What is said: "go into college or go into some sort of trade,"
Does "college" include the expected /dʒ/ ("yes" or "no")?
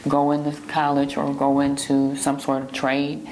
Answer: yes